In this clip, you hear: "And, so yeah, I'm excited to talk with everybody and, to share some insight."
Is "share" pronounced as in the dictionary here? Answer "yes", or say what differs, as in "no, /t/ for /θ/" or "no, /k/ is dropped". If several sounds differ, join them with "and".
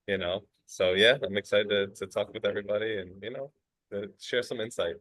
yes